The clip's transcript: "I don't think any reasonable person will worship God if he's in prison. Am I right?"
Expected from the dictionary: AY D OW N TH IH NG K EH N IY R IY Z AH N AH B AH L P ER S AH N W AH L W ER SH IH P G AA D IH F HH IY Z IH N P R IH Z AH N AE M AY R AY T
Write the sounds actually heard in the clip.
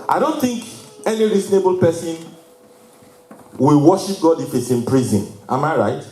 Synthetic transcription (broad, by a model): AY D OW N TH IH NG K EH N IY R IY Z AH N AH B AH L P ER S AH N W AH L W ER SH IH P G AA D IH F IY S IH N P R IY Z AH N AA M AY R AY T